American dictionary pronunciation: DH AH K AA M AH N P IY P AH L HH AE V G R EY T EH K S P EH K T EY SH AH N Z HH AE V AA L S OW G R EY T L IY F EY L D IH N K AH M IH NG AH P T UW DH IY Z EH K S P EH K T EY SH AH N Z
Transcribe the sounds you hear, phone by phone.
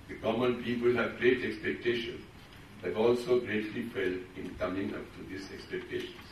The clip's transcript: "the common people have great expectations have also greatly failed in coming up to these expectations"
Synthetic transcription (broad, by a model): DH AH K AA M AH N P IY P AH L HH AE V G R EY T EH K S P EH K T EY SH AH N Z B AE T AA L S OW G R EY T L IY F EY L IH N K AH M IH NG AH P T UW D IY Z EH K S P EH K T EY SH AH N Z